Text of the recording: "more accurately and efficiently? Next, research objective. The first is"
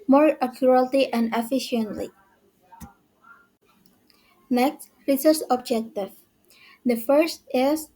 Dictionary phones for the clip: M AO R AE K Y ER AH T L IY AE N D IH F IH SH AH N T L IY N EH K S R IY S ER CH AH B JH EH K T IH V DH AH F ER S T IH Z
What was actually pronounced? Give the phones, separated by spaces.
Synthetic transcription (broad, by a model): M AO R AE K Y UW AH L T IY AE N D IH F IH SH AH N T L IY N EH K S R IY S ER S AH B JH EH K T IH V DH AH F ER S T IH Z